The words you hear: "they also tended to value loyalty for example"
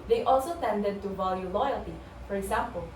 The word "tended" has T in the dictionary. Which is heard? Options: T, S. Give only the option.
T